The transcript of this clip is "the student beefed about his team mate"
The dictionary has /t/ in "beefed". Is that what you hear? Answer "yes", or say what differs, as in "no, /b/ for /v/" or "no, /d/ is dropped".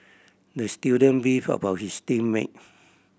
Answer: no, /t/ is dropped